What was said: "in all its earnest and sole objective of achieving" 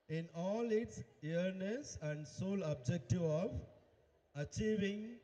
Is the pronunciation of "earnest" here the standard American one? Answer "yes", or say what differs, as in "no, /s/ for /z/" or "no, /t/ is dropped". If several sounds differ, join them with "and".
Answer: no, /t/ is dropped